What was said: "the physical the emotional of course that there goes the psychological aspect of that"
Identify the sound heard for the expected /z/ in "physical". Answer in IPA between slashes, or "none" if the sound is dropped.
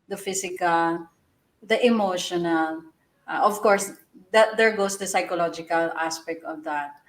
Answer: /s/